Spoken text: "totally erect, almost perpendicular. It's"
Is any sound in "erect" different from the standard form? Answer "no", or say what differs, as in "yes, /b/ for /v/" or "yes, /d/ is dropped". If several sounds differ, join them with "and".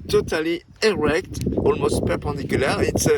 no